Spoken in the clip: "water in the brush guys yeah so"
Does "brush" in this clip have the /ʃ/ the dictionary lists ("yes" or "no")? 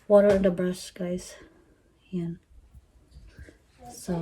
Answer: no